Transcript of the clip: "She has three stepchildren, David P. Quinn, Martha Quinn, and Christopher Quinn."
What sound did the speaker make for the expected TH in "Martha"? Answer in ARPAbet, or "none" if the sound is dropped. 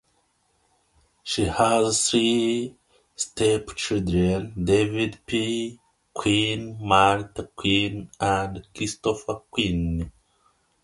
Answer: T